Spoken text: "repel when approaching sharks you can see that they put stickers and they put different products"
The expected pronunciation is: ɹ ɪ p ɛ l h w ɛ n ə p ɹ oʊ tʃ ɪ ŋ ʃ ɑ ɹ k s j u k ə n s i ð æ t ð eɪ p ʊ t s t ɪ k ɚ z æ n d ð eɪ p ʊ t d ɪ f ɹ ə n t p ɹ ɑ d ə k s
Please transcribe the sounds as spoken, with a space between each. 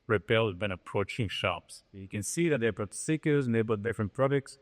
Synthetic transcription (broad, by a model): ɹ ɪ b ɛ l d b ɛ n ə p ɹ oʊ tʃ ɪ ŋ ʃ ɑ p s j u k ə n s i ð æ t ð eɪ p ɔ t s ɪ k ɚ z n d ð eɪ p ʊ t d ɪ f ɹ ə n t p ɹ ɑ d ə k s